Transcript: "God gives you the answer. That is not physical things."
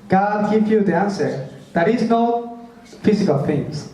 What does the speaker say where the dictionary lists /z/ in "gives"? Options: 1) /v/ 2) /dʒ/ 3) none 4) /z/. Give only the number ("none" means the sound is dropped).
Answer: 3